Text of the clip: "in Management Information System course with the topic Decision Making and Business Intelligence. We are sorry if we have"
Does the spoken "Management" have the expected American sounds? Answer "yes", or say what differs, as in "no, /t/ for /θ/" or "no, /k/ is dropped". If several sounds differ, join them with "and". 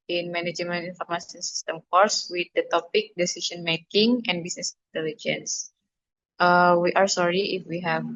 no, /t/ is dropped